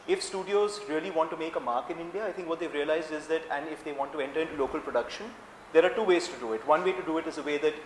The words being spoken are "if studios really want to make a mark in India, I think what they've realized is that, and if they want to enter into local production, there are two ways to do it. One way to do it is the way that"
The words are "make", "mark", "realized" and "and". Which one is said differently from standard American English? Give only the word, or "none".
none